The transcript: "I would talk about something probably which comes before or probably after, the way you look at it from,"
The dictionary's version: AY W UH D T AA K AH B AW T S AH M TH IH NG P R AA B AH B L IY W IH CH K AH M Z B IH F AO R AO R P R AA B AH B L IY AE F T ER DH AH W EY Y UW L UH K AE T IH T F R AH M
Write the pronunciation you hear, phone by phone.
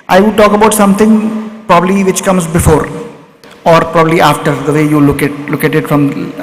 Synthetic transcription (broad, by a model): AY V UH D T AA K AH B AW T S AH M T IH NG P R AA B AH B L IY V IH CH K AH M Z B IH F AO R AO R P R AA B AH B L IY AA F T ER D AH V EY Y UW L UH K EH T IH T F R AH M